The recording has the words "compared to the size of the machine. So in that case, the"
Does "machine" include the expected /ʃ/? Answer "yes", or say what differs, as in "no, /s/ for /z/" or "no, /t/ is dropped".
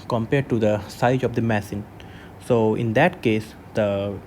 no, /s/ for /ʃ/